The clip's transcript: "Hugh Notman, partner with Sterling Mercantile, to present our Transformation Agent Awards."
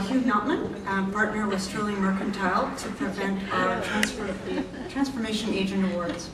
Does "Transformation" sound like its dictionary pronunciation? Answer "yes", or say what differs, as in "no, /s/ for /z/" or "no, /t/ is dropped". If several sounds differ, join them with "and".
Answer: yes